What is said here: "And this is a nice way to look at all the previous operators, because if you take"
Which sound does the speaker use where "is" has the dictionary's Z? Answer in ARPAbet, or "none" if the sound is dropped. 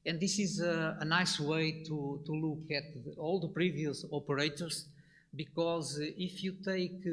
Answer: Z